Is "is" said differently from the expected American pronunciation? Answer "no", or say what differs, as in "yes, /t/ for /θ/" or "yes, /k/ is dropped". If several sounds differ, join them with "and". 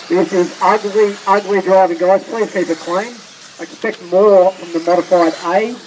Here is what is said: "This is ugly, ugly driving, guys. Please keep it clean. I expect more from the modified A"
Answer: no